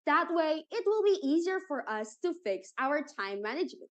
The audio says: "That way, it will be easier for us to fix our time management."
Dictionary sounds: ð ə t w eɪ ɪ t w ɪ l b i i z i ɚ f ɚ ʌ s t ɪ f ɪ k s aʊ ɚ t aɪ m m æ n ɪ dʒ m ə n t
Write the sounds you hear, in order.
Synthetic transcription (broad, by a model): ð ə t w eɪ ɪ t w ɪ l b i i z i ɚ f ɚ ʌ s t ɪ f ɪ k s aʊ ɚ t aɪ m m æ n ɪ dʒ m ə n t